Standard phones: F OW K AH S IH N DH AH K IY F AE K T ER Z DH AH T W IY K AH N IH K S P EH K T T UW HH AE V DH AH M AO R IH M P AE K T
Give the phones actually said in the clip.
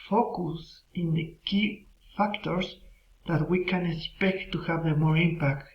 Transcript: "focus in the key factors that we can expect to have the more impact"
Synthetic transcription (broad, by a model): F OW K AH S IH N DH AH K IY F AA K T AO S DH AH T W IY K AH N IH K S P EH K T T UW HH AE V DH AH M AO R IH M P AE K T